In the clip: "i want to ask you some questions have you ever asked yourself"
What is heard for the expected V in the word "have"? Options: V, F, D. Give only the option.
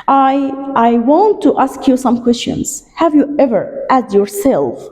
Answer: V